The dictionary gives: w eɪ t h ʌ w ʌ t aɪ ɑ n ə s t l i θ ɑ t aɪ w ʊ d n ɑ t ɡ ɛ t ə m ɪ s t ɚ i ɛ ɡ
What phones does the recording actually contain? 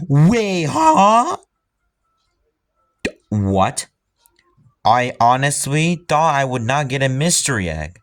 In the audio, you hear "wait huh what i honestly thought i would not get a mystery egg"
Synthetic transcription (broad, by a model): w eɪ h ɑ w ʌ t aɪ ɑ n ə s t l i θ ɑ t aɪ w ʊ d n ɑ t ɡ ɛ t ə m ɪ s t ɚ i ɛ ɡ